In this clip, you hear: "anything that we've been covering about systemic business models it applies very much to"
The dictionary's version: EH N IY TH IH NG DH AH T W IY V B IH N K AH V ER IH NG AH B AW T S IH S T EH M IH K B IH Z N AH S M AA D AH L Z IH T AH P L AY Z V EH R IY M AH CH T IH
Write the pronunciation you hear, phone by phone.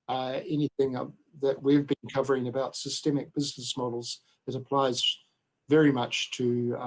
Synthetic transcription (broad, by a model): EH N IY TH IH NG DH AH T W IY V B IH N K AH V ER IH NG AH B AW T S IH S T EH M IH K B IH Z N AH S M AA D L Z IH T AH P L AY Z V EH R IY M AH CH T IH